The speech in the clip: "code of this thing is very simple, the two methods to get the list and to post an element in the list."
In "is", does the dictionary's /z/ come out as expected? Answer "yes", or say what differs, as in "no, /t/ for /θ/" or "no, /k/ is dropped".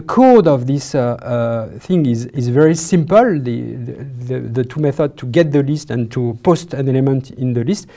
yes